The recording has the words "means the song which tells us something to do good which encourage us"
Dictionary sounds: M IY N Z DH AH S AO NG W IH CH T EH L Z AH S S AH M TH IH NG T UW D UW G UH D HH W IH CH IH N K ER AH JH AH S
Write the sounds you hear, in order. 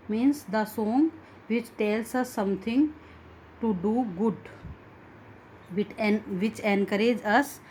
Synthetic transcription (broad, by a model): M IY N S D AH S AO NG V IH CH T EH L S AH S S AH M T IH NG T UW D UW G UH D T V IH CH IH N K ER AH JH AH S